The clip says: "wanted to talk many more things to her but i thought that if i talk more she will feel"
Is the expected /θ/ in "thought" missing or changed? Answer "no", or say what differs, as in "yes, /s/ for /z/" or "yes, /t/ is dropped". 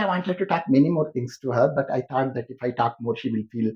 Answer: yes, /t/ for /θ/